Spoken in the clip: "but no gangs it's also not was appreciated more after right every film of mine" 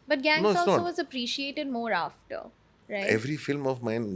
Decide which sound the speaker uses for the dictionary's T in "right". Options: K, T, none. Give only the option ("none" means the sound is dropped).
none